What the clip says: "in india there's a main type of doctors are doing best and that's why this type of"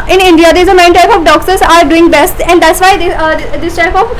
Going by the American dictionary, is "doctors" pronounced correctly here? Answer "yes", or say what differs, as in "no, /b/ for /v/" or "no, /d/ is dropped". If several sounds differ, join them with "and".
no, /s/ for /t/